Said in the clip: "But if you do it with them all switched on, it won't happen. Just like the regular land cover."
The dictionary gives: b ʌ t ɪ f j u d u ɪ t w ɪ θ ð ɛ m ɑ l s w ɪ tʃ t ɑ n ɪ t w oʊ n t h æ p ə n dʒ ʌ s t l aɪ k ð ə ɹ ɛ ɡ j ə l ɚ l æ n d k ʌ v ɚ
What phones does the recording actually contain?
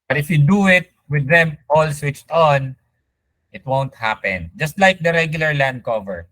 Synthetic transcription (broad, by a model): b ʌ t ɪ f j u d u ɪ t w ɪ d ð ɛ m ɑ l s w ɪ tʃ t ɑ n ɪ t w oʊ n t h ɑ p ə n dʒ ʌ s t l aɪ k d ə ɹ ɛ ɡ j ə l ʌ l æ n d k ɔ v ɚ